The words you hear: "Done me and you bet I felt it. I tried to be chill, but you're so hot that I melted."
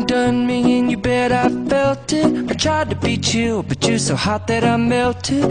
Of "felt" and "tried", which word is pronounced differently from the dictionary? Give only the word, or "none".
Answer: none